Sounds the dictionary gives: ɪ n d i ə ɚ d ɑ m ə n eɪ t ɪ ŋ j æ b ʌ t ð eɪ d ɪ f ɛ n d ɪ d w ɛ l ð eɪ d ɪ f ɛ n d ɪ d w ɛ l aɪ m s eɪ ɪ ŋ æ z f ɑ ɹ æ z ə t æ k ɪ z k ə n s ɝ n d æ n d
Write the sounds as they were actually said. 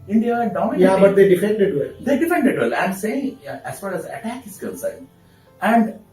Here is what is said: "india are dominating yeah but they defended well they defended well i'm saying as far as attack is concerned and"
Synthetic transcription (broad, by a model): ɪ n d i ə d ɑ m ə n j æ b ʌ t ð eɪ d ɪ f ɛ n d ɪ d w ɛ l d eɪ d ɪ f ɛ n d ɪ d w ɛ l aɪ m s eɪ ɪ ŋ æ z f ɑ ɹ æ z ə t æ k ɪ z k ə l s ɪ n æ n d